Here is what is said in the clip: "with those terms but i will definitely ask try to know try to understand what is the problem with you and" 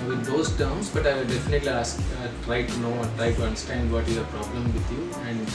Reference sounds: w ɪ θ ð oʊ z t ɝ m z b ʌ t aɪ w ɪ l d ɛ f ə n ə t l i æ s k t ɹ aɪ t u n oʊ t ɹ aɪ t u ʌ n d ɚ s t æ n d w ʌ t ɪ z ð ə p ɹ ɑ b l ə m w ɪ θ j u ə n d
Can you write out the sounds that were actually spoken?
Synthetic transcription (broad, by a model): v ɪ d oʊ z t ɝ m s b ʌ t aɪ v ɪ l d ɛ f ə n ə t l i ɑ s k t ɹ aɪ t u n oʊ t ɹ aɪ t u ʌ n d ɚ s t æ n d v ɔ t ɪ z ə p ɹ ɑ b l ə m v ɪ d j u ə n d